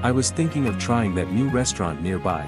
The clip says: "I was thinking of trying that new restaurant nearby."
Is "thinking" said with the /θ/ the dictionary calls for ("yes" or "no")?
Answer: yes